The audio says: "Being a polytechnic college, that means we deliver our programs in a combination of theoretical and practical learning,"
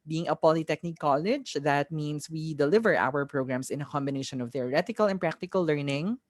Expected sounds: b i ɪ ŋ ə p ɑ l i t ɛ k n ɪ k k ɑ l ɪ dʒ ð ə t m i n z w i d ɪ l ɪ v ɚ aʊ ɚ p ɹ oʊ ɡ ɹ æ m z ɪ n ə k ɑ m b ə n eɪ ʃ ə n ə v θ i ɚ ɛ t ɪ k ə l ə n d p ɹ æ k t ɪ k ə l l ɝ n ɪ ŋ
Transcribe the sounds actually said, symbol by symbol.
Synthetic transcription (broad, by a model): b i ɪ ŋ ə p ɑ l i t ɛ k n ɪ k k ɑ l ɪ dʒ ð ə t m i n s w i d ɪ l ɪ v ɚ aʊ ɚ p ɹ oʊ ɡ ɹ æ m s ɪ n ə k ɑ m b ə n eɪ ʃ ə n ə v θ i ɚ ɛ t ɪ k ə l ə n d p ɹ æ k t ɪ k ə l l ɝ n ɪ ŋ